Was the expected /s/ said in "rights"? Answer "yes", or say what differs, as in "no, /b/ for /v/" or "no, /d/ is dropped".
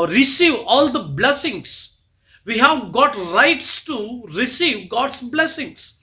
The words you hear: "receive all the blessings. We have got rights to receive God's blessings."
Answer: yes